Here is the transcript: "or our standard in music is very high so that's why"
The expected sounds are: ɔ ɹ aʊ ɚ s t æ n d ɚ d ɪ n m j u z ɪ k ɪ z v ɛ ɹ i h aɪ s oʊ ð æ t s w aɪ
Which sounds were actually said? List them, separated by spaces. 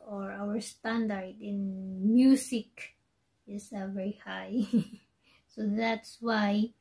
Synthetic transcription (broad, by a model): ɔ ɹ aʊ ɚ s t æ n d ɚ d ɪ n m j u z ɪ k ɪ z v ɛ ɹ i h aɪ s oʊ ð æ t s w aɪ